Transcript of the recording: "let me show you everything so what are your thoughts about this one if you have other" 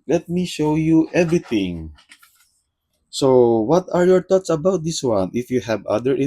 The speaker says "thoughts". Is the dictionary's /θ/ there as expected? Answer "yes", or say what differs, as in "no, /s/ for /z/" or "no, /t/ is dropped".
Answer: no, /t/ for /θ/